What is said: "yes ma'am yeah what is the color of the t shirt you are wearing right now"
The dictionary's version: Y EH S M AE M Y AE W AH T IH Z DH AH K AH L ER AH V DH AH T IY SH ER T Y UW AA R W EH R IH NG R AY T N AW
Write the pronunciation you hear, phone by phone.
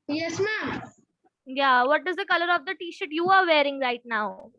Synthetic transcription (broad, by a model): Y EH S M AE M Y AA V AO T IH Z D AH K AH L ER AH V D AH T IY SH ER T Y UW AA R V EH R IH NG R AY T N AW